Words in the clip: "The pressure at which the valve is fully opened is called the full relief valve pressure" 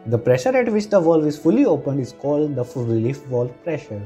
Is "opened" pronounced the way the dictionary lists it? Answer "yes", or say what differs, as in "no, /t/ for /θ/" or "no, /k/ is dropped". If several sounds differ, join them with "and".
yes